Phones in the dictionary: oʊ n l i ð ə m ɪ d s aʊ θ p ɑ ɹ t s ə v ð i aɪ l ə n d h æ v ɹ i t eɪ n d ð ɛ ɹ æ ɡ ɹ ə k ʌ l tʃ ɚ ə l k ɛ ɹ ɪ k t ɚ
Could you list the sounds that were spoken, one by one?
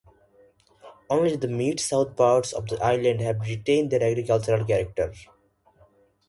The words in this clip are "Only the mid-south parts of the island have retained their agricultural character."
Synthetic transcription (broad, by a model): oʊ n l i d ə m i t s aʊ t p ɑ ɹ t s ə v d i aɪ l ə n d h æ v ɹ i t eɪ n d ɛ ɹ æ ɡ ɹ ə k ʌ l tʃ ɚ ə l k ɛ ɹ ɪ k t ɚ